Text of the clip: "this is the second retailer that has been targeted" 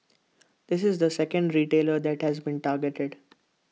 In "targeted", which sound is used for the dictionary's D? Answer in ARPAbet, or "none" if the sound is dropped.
D